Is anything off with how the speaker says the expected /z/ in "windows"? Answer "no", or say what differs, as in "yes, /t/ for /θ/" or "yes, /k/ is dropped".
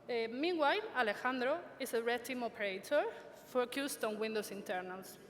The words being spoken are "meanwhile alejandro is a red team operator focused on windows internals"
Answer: yes, /s/ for /z/